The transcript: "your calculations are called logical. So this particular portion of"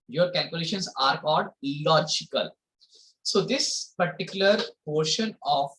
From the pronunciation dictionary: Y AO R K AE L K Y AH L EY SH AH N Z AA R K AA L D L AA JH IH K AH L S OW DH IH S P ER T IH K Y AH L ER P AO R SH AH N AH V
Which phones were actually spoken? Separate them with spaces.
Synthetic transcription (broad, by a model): Y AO R K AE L K Y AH L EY SH AH N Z AA R K AA L D L AA JH IH K AH L S OW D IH S P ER T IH K Y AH L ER P AO R SH AH N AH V